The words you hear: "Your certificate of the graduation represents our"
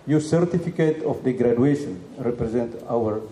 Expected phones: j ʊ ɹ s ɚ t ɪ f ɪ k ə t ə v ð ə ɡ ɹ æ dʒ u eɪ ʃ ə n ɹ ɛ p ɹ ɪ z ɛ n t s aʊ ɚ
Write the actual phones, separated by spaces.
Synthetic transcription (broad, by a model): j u s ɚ t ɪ f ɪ k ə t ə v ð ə ɡ ɹ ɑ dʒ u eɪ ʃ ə n ɹ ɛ p ɹ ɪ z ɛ n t aʊ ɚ